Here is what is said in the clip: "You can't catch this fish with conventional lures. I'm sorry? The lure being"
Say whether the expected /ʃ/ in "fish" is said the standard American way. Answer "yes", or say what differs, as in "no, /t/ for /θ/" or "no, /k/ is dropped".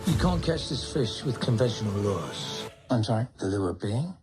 yes